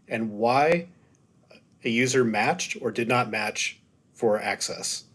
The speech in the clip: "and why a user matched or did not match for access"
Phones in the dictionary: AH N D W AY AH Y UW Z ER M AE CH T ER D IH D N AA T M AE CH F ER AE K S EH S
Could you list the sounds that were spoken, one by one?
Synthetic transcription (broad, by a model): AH N W AY AH Y UW Z ER M AE CH T ER D IH D N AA T M AE CH F ER AE K S EH S